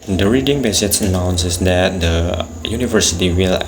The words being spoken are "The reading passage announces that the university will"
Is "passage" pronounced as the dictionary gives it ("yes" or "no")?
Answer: no